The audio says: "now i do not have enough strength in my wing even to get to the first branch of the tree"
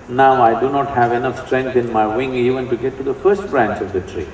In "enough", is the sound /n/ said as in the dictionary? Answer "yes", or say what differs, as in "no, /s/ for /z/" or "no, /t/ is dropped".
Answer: yes